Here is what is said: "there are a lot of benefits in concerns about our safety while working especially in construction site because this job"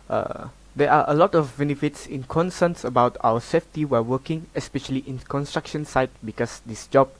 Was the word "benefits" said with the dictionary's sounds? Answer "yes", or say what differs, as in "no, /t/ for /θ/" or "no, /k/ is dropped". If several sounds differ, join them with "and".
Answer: yes